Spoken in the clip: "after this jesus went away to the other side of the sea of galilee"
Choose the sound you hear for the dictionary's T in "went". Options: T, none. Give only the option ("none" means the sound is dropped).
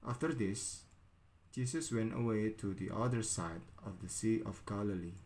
T